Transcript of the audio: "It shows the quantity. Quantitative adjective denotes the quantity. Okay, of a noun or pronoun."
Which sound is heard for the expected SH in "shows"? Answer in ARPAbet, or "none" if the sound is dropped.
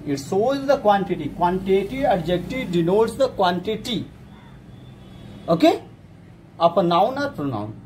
S